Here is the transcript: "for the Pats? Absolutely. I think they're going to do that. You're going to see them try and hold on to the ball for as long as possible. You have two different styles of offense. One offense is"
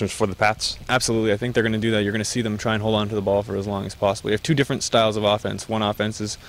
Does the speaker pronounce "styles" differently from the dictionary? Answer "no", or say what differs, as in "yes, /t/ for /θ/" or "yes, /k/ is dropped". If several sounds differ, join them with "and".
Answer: no